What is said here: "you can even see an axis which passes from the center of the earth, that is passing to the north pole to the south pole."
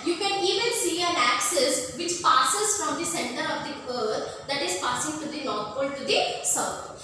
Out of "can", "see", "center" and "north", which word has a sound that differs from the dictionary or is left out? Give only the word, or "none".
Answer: north